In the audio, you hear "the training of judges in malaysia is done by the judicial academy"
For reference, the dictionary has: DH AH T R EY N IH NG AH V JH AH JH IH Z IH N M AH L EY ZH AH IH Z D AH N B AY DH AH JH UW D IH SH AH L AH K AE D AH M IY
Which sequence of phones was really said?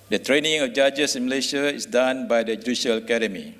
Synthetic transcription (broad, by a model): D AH T R EY N IH NG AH F JH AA JH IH S IH N M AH L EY SH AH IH S D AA N B AY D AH JH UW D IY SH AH L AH K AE D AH M IY